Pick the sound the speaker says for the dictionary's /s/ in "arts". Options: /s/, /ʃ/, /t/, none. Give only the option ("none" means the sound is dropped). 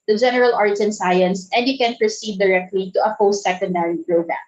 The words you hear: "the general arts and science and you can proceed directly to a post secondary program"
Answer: none